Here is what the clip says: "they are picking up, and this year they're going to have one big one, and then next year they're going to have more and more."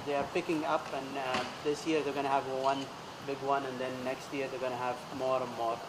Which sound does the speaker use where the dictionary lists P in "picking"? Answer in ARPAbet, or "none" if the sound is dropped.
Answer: P